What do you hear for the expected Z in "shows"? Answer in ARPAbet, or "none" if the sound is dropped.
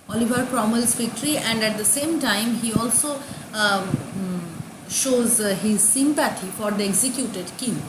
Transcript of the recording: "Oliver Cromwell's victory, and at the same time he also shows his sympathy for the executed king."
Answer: Z